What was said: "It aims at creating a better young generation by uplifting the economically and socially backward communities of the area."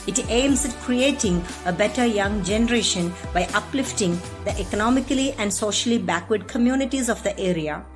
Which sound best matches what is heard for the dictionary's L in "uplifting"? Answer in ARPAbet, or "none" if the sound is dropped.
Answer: L